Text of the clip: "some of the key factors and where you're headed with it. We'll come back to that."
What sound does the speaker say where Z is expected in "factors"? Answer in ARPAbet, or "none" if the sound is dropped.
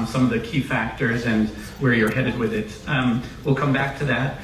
Z